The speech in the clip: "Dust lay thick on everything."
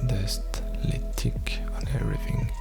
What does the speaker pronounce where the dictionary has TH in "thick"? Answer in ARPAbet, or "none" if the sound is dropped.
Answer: T